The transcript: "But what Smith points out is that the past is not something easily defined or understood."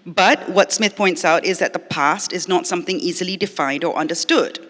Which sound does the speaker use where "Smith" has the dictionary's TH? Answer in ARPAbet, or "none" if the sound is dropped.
TH